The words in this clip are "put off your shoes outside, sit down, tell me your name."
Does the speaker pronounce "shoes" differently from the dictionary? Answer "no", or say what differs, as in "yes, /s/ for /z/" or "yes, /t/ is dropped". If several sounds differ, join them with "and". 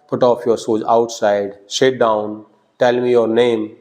yes, /s/ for /ʃ/